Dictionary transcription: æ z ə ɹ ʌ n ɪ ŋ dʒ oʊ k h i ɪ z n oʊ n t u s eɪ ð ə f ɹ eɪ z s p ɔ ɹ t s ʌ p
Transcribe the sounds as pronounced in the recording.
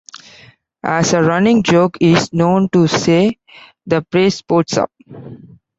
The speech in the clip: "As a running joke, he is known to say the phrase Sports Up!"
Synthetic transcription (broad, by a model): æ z ə ɹ ʌ n ɪ ŋ dʒ oʊ k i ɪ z n oʊ n t u s eɪ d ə p ɹ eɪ s p ɔ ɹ t s ʌ p